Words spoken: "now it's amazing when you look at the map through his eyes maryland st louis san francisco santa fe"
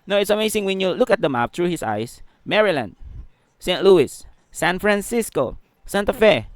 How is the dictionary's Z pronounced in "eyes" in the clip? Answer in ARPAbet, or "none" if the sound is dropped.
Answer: S